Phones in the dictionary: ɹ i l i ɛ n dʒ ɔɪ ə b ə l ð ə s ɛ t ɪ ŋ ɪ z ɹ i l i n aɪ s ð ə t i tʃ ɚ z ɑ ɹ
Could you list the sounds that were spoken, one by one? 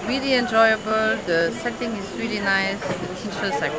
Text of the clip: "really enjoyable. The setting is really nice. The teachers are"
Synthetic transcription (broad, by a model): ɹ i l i ɛ n dʒ ɔɪ ə b ə l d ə s ɛ t ɪ ŋ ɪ s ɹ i l i n aɪ s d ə t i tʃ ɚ s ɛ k